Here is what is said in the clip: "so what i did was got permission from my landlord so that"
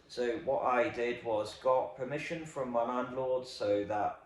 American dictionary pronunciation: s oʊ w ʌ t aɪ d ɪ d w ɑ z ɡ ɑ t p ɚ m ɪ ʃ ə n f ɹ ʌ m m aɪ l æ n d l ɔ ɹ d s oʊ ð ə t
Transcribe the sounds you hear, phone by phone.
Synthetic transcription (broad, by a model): s oʊ w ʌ t aɪ d ɪ d w ɑ z ɡ ɑ t p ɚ m ɪ ʃ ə n f ɹ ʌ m m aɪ n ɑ n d l ɔ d s oʊ ð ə t